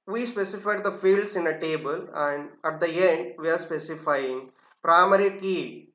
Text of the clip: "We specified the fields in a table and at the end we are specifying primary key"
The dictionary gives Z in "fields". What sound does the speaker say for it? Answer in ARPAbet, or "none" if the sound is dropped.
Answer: S